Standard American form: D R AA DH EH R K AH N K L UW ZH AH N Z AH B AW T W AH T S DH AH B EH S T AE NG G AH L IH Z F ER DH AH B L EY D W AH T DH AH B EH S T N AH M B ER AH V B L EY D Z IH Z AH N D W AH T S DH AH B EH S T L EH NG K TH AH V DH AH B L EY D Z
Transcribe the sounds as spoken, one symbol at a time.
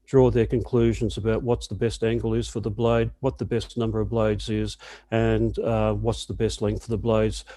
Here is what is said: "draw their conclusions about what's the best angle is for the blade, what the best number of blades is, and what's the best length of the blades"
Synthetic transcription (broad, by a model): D R AA DH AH R K AH N K L UW ZH AH N Z AH B AW T W AH T S DH AH B EH S T AE NG G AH L IH Z F ER DH AH B L EY D W AH T DH AH B EH S N AH M B ER AH V B L EY D Z IH Z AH N W AH T S DH AH B EH S T L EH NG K F AH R DH AH B L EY D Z